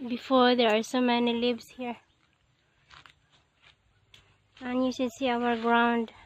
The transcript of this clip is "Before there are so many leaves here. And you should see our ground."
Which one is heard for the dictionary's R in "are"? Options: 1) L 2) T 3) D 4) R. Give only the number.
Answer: 4